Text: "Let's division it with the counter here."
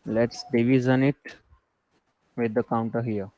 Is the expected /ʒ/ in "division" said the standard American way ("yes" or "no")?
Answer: no